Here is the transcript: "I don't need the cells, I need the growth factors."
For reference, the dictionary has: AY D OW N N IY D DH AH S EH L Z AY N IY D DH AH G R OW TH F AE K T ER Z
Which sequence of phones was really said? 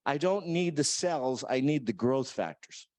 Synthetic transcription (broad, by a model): AY D OW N N IY D DH AH S EH L Z AY N IY D DH AH G R OW TH F AE K T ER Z